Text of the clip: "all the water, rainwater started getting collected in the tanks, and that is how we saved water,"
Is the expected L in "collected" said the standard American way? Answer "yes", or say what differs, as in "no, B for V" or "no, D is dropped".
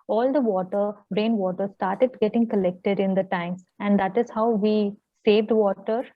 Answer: yes